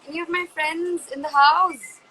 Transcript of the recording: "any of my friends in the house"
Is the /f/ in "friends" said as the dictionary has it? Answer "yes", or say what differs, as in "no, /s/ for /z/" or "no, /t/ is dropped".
yes